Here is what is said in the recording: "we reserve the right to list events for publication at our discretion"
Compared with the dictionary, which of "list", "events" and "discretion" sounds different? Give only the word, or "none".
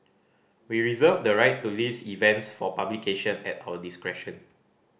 list